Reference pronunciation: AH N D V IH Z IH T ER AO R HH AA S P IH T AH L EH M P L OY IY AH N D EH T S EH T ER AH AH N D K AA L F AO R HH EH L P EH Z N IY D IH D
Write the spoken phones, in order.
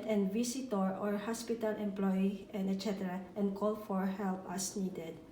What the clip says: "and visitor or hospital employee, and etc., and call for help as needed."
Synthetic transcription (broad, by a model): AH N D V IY S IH T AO AO R HH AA S P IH T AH L EH M P L OY IY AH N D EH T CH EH T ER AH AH N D K AA L F AO R HH EH L P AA S N IY D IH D